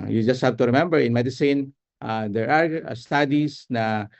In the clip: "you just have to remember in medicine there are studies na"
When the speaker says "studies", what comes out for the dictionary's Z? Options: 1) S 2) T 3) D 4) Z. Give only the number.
1